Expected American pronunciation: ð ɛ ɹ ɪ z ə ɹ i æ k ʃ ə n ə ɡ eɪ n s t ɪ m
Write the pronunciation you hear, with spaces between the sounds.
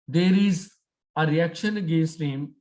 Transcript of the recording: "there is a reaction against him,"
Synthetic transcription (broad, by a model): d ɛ ɹ ɪ z ə ɹ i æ k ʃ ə n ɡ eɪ s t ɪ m